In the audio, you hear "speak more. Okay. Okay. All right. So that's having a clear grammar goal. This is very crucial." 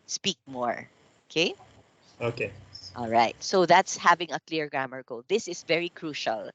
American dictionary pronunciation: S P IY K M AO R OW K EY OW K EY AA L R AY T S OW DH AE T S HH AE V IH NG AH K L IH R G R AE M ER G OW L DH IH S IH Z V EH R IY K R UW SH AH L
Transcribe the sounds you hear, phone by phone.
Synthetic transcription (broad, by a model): S P IY K M AO R OW K EY OW K EY AA L R AY T S OW DH AE T S HH AE V IH NG AH K L IH R G R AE M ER G OW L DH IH S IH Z V EH R IY K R UW SH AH L